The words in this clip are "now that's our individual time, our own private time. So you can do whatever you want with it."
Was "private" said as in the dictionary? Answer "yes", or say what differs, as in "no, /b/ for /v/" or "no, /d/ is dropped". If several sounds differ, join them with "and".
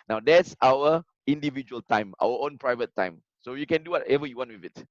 yes